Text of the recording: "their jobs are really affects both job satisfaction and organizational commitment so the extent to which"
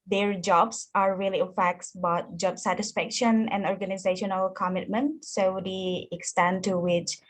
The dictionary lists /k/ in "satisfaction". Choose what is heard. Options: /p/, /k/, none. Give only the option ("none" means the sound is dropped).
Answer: /k/